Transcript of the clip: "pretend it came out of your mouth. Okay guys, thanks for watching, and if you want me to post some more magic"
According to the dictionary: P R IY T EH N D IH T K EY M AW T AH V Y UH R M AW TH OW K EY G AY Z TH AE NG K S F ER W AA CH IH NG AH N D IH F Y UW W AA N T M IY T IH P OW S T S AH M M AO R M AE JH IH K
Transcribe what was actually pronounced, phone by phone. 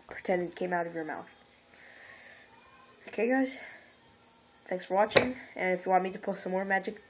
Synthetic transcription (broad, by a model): P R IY T EH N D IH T K EY M AW T AH V Y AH R M AW TH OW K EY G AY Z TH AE NG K S F ER W AA CH IH NG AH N IH F Y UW W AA N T M IY T IH P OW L S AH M M AO R M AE JH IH K